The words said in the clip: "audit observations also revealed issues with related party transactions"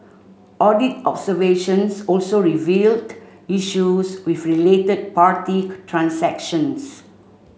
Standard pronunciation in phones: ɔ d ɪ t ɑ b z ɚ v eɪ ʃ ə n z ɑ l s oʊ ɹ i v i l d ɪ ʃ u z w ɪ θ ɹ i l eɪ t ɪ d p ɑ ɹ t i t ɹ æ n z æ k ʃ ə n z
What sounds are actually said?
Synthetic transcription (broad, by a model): ɔ d ɪ t ɑ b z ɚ v eɪ ʃ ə n s ɑ l s oʊ ɹ i v i l d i ʃ u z w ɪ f ɹ i l eɪ t ɪ d p ɑ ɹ t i t ɹ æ n s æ k ʃ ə n s